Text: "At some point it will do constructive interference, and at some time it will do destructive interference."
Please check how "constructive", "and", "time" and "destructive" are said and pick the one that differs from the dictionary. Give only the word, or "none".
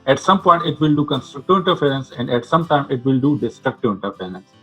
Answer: none